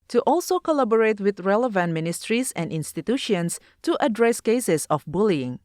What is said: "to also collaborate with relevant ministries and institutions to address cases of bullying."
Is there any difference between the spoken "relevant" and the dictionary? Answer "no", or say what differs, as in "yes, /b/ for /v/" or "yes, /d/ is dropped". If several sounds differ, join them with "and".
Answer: no